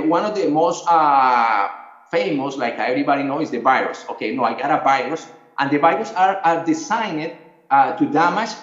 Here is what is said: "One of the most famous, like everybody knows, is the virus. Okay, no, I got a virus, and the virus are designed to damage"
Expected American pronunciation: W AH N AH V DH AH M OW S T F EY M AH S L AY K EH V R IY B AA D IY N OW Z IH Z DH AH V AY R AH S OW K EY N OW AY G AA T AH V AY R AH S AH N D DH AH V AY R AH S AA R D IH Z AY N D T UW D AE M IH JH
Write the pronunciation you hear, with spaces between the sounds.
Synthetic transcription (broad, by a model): W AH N AH V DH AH M OW S T F EY M AH S L AY K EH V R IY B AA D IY N OW IH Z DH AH V AY R AH S OW K EY N OW AY G AA T AH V AY R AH S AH N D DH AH V AY R AH S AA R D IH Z AY N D T UW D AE M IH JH